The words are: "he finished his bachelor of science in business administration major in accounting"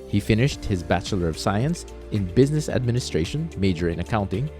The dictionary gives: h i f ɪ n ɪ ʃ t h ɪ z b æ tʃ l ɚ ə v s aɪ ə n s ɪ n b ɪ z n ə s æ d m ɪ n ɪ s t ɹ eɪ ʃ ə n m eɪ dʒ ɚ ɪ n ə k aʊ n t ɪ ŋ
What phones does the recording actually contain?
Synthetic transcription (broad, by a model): h i f ɪ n ɪ ʃ t h ɪ z b æ tʃ l ɚ ə v s aɪ ə n s ɪ n b ɪ z n ə s æ d m ɪ n ɪ s t ɹ eɪ ʃ ə n m eɪ dʒ ɚ ɪ n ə k aʊ n t ɪ ŋ